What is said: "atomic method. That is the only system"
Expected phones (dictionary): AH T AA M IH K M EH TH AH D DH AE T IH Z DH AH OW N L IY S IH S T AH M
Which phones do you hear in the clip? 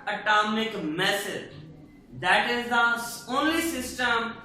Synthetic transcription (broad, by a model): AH T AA M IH K M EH S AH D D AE T IH Z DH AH OW N L IY S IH S T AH M